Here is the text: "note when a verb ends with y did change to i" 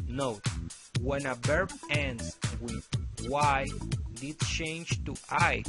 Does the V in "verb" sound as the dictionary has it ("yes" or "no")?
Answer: no